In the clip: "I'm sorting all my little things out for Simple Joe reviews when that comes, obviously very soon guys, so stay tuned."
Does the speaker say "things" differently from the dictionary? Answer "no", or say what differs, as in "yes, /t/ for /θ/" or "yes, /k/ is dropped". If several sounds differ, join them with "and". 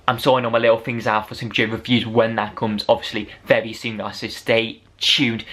no